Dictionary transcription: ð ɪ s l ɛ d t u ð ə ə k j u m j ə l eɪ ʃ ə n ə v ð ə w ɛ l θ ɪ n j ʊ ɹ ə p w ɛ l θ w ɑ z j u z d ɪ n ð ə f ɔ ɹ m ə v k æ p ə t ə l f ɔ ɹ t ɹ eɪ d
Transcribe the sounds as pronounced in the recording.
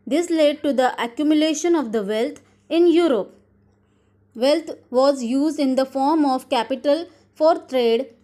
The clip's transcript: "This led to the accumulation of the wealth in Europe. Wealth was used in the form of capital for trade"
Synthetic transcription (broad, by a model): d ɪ s l ɛ d t u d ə ə k j u m j ə l eɪ ʃ ə n ə v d ə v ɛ l t ɪ n j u ɹ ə p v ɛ l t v ɑ z j u z d ɪ n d ə f ɔ ɹ m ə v k æ p ə t ə l f ɔ ɹ t ɹ eɪ d